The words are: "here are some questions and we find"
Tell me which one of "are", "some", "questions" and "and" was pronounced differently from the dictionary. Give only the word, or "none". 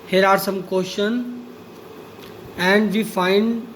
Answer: questions